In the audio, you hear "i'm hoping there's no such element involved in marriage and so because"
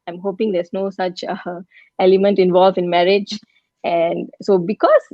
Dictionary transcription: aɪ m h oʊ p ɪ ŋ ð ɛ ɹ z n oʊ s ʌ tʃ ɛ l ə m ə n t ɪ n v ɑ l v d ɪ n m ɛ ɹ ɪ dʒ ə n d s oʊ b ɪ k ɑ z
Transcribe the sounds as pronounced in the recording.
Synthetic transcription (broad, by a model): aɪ m h oʊ p ɪ ŋ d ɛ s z n oʊ s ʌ tʃ ɛ l ə m ə n t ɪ n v ɑ l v ɪ n m ɛ ɹ ɪ dʒ ə n d s oʊ b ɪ k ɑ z